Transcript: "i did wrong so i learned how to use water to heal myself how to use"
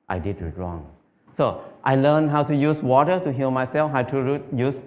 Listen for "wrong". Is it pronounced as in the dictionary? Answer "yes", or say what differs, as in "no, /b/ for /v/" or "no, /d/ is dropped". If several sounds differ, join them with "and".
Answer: yes